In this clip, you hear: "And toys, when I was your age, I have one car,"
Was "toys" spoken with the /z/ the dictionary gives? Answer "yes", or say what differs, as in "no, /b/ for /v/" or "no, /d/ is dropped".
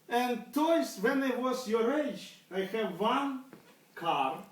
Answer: no, /s/ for /z/